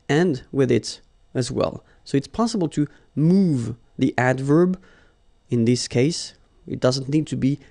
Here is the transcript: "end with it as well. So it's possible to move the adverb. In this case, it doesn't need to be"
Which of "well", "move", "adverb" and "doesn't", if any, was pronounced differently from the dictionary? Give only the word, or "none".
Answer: none